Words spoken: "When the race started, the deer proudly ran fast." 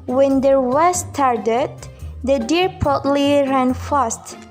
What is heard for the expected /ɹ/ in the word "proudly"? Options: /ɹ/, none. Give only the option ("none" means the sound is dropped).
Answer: none